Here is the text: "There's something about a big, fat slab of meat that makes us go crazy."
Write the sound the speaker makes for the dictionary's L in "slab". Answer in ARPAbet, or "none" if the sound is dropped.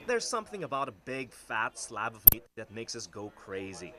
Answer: L